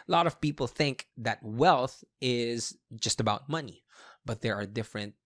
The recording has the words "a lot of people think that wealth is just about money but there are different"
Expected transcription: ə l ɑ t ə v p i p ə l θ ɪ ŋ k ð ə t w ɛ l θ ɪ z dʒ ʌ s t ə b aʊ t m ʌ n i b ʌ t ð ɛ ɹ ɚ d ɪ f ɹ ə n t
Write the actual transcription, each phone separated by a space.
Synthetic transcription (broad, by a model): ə l ɑ t ə v p i p l θ ɪ ŋ k ð ə t w ɛ l θ ɪ z dʒ ʌ s t ə b aʊ t m ʌ n i b ʌ t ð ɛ ɹ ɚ d ɪ f ɹ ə n t